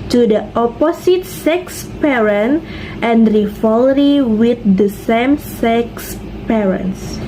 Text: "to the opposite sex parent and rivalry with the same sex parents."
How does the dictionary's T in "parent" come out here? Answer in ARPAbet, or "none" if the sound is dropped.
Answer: T